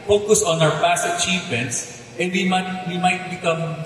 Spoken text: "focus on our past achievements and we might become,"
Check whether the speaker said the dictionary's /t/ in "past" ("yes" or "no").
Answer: no